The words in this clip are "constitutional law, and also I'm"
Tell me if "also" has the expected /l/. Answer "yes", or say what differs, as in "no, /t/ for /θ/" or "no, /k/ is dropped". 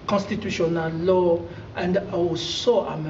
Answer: no, /w/ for /l/